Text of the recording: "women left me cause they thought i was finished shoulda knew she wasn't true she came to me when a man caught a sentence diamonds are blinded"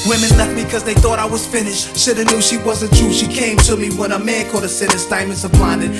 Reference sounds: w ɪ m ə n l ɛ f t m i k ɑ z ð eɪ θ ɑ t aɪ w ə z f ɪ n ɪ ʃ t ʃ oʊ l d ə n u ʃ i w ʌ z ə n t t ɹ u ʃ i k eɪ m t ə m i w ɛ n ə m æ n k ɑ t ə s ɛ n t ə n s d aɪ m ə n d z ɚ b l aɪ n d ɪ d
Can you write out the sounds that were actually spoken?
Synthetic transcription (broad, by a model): w ɪ m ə n l ɛ f t m i k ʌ z ð eɪ θ ɑ t aɪ w ə z f ɪ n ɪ ʃ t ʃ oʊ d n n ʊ ʃ i w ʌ z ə n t t ɹ u ʃ i k eɪ m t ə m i w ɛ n ə m æ n k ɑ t ə s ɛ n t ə s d aɪ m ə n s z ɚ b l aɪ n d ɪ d